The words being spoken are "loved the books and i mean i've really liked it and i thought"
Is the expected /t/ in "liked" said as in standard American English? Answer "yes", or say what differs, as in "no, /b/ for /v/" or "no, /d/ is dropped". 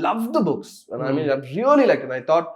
no, /t/ is dropped